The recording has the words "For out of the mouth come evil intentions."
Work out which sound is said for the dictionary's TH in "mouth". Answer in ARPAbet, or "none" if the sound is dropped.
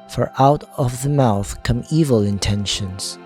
TH